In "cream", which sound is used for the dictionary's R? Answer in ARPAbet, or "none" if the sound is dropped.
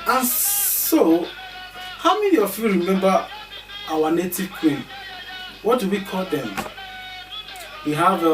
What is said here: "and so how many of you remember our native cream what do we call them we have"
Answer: none